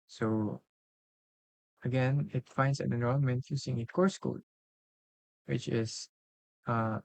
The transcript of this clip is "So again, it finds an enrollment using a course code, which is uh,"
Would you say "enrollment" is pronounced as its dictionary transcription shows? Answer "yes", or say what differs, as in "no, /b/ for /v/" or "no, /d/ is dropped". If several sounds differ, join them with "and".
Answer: no, /n/ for /l/